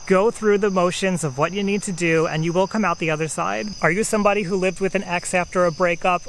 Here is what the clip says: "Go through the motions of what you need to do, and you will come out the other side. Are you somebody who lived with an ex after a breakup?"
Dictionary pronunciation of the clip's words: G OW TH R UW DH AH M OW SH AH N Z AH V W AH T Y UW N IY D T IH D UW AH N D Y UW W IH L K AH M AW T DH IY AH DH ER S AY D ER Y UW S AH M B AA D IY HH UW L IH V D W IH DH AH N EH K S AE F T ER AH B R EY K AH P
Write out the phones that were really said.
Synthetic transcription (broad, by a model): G OW TH R UW DH AH M OW SH AH N Z AH V W AH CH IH N IY D T IH D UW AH N Y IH W IH L K AH M AW T DH IY AH DH ER S AY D ER Y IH S AH M B AA D IY HH UW L IH V D W IH DH AH N EH K S AE F T ER AH B R EY K AH P